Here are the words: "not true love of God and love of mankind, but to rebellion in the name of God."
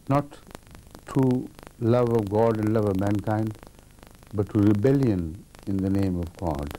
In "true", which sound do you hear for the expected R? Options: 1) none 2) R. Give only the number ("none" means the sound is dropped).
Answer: 1